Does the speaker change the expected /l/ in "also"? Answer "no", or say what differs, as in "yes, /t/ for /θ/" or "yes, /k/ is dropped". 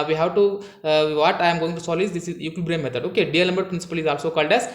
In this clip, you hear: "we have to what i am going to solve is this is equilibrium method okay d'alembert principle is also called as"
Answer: no